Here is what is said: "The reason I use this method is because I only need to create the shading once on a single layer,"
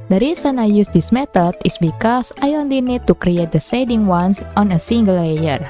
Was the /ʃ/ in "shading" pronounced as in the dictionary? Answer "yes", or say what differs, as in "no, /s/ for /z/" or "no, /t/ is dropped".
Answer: no, /s/ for /ʃ/